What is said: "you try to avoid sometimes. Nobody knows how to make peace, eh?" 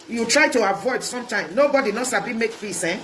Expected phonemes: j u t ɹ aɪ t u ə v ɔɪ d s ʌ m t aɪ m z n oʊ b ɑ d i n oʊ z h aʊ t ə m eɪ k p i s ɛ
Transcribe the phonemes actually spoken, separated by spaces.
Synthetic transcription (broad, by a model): j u t ɹ aɪ t u ə v ɔɪ d s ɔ m t aɪ m n oʊ b ɑ d i n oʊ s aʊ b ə m eɪ k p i s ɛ